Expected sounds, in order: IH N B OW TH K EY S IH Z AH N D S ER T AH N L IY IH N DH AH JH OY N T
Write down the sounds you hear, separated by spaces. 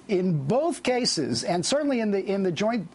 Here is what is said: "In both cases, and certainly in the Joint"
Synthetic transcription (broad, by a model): IH N B OW TH K EY S IH Z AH N S ER T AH N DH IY IH N DH AH JH OY N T